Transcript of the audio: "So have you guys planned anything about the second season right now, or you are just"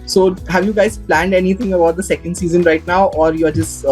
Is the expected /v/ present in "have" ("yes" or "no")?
yes